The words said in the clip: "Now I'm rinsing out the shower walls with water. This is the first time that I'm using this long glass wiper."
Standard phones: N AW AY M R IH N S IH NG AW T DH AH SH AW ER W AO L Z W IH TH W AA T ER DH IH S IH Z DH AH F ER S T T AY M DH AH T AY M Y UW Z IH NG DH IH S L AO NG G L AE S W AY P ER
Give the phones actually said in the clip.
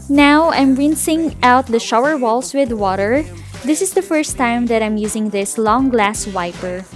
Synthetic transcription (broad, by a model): N AW AY M R IH N S IH NG AW T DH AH SH AW ER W AO L S W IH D W AA T ER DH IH S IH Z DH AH F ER S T T AY M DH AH T AY M Y UW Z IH NG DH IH S L AO NG G L AE S W AY P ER